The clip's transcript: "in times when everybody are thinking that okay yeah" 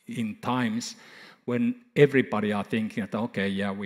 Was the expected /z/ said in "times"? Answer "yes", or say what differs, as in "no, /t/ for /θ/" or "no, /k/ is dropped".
no, /s/ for /z/